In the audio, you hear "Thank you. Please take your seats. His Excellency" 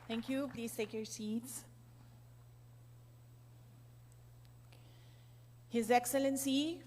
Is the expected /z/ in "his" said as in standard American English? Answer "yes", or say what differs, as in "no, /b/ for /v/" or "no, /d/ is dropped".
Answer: yes